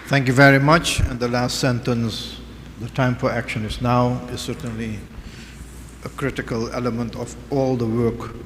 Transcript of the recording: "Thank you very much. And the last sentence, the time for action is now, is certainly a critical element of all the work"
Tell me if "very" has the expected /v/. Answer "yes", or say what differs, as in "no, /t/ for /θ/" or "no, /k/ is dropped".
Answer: yes